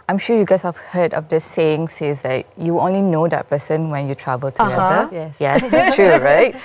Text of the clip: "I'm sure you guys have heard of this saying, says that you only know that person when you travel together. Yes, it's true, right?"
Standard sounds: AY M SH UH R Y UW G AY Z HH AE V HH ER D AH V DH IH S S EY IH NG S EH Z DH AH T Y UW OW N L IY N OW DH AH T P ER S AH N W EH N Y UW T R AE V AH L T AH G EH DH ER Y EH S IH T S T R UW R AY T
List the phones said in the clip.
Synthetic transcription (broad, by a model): AY M SH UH Y UW G AY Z HH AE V HH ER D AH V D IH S S EY IH NG S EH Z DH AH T Y UW OW N L IY N OW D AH T P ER S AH N W EH N Y UW T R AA V AH L T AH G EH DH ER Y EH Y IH S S T R UW R AY T